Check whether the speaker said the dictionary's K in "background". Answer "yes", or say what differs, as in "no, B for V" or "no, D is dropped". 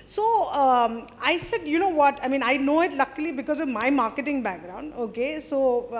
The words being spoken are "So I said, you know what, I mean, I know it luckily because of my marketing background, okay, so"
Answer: yes